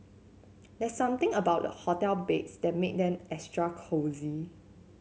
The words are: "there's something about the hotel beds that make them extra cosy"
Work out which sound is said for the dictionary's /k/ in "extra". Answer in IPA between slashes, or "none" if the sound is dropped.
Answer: none